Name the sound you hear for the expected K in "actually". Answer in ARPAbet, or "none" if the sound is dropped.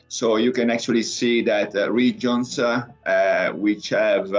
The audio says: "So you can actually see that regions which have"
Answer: K